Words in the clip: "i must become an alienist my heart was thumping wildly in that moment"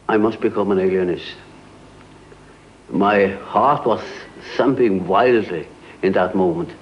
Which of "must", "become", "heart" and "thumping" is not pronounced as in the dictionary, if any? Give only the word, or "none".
thumping